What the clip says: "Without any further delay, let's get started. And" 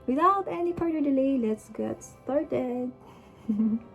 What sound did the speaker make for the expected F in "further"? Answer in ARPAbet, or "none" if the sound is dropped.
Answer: P